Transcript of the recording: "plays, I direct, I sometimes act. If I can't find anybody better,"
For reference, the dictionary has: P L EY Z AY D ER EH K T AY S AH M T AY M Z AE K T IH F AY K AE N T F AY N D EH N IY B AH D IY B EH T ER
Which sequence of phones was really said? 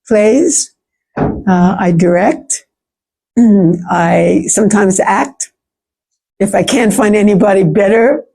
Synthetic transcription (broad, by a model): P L EY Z AY D ER EH K T AY S AH M T AY M Z AE K T IH F AY K AE N T F AY N D EH N IY B AH D IY B EH T ER